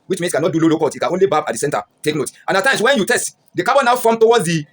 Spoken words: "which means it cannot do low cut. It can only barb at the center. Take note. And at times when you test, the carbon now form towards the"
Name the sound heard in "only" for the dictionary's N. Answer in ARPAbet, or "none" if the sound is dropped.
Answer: N